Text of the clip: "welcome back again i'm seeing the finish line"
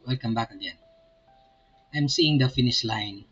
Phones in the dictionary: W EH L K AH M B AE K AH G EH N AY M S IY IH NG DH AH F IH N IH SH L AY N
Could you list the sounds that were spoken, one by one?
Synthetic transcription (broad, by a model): W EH L K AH M B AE K AH G EH N AY M S IY IH NG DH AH F IH N IH SH L AY N